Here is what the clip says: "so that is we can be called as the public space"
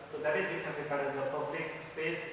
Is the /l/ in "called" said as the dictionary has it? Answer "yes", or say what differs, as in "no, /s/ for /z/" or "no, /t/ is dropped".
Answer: no, /l/ is dropped